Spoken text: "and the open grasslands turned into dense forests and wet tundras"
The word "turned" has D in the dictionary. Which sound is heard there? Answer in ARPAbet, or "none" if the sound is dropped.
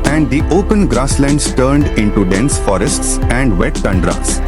D